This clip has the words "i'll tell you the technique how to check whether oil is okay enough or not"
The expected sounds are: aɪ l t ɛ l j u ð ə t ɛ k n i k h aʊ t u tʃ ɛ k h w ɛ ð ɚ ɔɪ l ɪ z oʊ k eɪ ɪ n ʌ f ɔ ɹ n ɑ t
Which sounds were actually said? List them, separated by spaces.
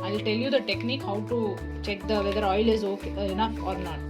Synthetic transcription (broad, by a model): aɪ l t ɛ l j u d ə t ɛ k n i k h aʊ t u tʃ ɛ k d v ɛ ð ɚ ɔɪ l ɪ z oʊ k eɪ n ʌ ɔ ɹ n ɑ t